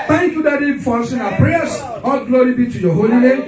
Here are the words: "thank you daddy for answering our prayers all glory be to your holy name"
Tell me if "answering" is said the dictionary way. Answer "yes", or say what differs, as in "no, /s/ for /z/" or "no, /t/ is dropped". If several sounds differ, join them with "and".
no, /n/ is dropped